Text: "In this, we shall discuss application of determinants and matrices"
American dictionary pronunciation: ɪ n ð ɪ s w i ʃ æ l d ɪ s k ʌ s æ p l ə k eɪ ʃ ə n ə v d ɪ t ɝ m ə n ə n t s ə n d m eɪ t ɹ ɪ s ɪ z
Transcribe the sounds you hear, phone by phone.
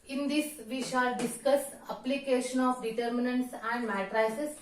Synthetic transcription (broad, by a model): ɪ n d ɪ s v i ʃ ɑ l d ɪ s k ʌ s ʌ p l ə k eɪ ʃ ə n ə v d ɪ t ɝ m ə n ə n t s ə n d m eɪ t ɹ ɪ s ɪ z